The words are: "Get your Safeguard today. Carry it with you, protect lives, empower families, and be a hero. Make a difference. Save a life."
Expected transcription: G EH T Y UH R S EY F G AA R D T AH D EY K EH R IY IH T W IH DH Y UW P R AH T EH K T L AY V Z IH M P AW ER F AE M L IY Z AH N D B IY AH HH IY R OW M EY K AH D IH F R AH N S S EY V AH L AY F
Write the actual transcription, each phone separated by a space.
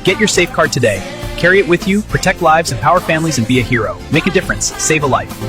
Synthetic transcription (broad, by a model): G EH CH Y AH R S EY F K AA R D T AH D EY K EH R IY IH T W IH DH Y UW P R AH T EH K T L AY V Z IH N P AW ER F AE M L IY Z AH N B IY AH HH IY R OW M EY K AH D IH F R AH N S S EY V AH L AY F